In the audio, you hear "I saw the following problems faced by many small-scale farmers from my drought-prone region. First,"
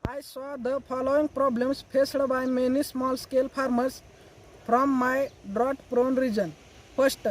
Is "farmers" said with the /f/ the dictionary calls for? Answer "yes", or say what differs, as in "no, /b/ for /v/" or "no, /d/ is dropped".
no, /p/ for /f/